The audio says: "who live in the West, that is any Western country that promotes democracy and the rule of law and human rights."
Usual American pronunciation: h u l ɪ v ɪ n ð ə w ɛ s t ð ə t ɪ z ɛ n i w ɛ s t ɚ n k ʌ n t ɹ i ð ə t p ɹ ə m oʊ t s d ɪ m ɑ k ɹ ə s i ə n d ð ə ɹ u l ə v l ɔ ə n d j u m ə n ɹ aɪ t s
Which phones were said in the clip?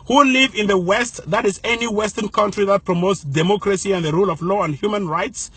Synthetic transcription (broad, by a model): h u l ɪ v ɪ n ð ə w ɛ s t ð ə t ɪ z ɛ n i w ɛ s t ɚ n k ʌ n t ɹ i ð ə t p ɹ ə m oʊ t s d ɪ m ɑ k ɹ ə s i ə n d ð ə ɹ u l ə v l ɔ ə n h j u m ə n ɹ aɪ t s